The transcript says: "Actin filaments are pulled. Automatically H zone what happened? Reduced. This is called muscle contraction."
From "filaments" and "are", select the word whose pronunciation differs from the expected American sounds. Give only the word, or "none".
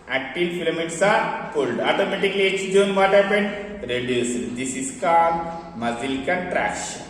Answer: filaments